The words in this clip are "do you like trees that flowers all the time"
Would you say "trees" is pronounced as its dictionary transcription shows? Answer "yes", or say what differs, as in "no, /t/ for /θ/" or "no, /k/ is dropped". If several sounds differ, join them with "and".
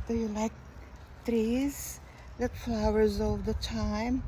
yes